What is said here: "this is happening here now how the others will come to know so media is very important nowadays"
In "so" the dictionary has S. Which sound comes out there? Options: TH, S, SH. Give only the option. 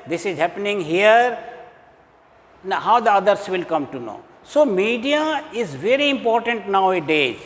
S